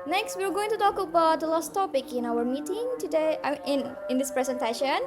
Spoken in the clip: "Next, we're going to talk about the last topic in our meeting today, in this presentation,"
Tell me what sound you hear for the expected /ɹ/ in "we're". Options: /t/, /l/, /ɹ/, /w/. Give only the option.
/w/